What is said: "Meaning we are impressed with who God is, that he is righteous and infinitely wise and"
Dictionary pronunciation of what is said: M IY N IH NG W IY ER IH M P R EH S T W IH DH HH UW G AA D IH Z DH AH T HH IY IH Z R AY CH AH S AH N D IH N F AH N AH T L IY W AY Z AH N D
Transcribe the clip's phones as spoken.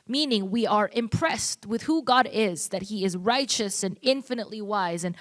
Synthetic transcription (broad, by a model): M IY N IH NG W IY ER IH M P R EH S T W IH DH HH UW G AA D IH Z DH AH T HH IY IH Z R AY CH AH S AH N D IH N F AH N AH T L IY W AY Z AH N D